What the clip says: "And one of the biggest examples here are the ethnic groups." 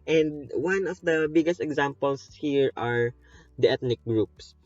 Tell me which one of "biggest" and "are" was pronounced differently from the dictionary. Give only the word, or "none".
none